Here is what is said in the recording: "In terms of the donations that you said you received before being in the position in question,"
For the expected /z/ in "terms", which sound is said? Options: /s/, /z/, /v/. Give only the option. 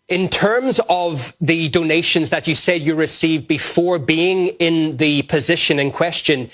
/z/